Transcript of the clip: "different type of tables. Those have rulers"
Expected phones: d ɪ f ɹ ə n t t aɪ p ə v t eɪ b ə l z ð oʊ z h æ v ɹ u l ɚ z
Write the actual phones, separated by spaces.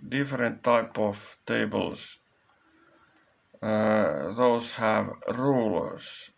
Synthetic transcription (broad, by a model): d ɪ f ɹ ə n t t aɪ p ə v t eɪ b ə l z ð oʊ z h æ v ɹ u l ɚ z